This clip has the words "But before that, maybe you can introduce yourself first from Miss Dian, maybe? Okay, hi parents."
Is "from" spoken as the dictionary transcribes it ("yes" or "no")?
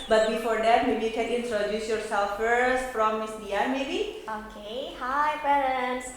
no